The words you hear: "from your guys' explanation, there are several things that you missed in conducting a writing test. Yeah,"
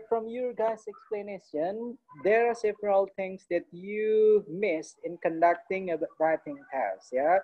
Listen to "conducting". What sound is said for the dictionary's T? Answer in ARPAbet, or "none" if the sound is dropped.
T